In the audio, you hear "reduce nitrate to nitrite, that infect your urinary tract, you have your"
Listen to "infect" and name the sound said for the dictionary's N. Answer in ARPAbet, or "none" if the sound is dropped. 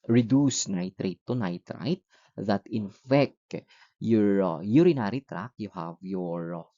N